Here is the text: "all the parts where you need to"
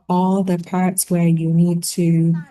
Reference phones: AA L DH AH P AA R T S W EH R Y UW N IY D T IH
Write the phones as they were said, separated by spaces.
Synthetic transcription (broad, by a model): AA L DH AH P AA R T S W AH R Y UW N IY D T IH